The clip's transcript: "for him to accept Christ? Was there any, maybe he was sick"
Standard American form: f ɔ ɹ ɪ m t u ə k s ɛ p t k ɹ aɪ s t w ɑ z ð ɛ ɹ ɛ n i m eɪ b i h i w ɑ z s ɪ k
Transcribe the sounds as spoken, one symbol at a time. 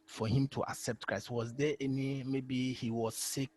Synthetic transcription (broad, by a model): f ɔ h ɪ m t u ə k s ɛ p t k ɹ aɪ s t w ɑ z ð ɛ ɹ ɛ n i m eɪ b i h i w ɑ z s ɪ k